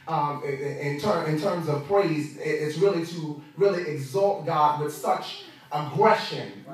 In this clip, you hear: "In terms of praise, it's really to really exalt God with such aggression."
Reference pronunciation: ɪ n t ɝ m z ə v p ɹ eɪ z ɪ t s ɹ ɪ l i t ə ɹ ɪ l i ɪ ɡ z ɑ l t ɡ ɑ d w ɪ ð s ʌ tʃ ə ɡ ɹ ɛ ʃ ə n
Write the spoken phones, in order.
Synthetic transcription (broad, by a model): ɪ n t ɝ m z ə v p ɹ eɪ z ɪ t s ɹ ɪ l i t ə ɹ ɪ l i ɪ ɡ z ɑ l t ɡ ɑ d w ɪ ð s ʌ tʃ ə ɡ ɹ ɛ ʃ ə n